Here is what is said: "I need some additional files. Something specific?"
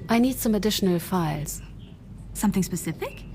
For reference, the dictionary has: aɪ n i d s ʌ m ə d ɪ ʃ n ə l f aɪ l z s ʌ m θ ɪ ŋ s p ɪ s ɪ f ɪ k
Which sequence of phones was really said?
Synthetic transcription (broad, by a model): aɪ n i d s ʌ m ə d ɪ ʃ n ə l f aɪ l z s ʌ m θ ɪ ŋ s p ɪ s ɪ f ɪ k